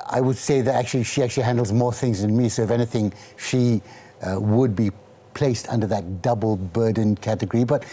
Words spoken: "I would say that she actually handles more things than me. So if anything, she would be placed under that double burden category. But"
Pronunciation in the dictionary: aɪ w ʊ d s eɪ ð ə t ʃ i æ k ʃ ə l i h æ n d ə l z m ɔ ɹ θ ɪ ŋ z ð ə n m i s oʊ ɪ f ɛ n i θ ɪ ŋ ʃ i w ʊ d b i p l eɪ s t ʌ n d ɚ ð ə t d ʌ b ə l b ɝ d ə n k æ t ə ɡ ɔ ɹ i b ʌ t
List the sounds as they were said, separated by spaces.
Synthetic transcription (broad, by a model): aɪ w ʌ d s eɪ ð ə t ʃ i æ k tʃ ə l i h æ n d l z m ɔ ɹ θ ɪ ŋ z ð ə n m i s oʊ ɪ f ɛ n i θ ɪ ŋ ʃ i w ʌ d b i p l eɪ s t ʌ n d ɚ ð ə t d ʌ b l b ɝ d n k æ t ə ɡ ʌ ɹ i b ʌ t